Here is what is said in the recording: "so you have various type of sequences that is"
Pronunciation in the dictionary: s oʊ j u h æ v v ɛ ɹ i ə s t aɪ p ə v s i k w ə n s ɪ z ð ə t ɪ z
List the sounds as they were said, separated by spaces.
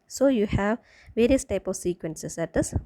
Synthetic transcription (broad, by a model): s oʊ j u h æ v v ɛ ɹ i ə s t aɪ p ə v s i k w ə n s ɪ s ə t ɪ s